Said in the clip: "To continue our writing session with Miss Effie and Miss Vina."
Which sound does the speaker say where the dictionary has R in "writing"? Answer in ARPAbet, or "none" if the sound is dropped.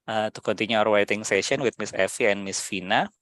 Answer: W